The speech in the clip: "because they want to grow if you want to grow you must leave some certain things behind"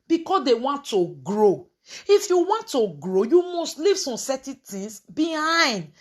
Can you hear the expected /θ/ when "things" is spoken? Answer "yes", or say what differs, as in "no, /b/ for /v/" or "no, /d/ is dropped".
no, /t/ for /θ/